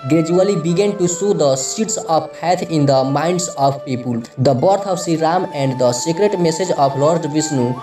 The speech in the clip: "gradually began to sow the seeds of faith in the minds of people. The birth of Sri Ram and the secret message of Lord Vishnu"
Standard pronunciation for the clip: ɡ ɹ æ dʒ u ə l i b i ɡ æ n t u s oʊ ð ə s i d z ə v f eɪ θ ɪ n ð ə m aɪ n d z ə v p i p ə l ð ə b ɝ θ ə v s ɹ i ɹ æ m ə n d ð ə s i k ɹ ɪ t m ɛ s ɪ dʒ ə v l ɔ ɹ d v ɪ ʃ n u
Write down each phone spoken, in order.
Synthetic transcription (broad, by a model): ɡ ɹ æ dʒ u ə l i b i ɡ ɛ n t u s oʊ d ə s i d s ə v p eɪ t ɪ n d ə m aɪ n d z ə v p i p ə l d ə b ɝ t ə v s i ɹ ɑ m ə n d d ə s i k ɹ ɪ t m ɛ s ɪ dʒ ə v l ɔ ɹ d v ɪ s n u